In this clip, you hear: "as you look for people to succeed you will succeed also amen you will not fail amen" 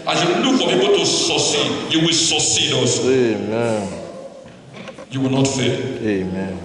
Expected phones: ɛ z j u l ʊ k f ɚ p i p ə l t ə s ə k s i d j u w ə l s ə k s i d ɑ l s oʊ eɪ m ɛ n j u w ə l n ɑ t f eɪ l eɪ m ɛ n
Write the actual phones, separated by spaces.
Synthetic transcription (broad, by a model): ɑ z j u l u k f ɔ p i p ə t ə s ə s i j u w ə l s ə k s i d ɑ s eɪ m ɛ n j u w ə l n ɑ t f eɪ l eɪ m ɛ n